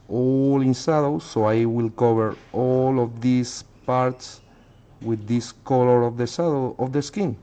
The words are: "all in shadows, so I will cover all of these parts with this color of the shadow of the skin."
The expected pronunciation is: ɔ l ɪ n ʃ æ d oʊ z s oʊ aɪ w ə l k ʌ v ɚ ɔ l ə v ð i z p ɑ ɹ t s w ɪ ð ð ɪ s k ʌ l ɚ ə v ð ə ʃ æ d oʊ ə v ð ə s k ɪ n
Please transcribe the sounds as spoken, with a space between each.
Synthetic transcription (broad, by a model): ɔ l ɪ n s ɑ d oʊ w s oʊ aɪ w ə l k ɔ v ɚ ɔ l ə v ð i s p ɑ ɹ t s w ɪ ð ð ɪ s k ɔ l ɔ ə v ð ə s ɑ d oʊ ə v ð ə s k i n